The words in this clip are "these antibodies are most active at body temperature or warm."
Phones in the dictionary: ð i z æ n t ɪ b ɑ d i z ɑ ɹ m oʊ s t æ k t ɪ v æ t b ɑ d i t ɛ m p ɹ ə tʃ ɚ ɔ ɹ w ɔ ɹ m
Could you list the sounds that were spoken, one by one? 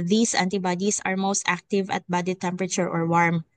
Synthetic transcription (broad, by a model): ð i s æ n t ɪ b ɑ d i s ɑ ɹ m oʊ s t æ k t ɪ v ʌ t b ɑ d i t ɛ m p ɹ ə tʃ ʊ ɔ ɹ w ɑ ɹ m